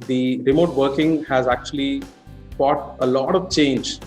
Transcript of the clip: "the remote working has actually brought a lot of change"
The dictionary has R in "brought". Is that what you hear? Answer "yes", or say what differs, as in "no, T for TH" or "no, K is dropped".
no, R is dropped